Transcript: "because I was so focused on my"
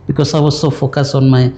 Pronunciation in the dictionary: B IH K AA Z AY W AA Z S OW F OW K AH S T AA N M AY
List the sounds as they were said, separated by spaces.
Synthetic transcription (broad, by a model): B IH K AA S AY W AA S OW F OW K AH S AA N M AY